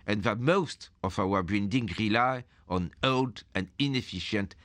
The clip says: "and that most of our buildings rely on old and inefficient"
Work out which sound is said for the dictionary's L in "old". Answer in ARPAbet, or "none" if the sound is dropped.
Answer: L